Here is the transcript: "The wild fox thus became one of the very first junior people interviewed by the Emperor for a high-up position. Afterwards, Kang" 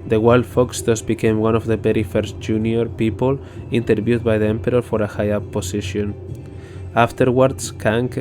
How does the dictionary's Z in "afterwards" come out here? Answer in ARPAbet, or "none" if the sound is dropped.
S